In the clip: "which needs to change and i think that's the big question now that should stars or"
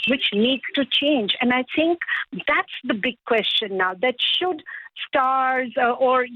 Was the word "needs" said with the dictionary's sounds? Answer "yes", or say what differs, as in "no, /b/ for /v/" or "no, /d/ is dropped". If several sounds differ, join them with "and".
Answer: no, /z/ is dropped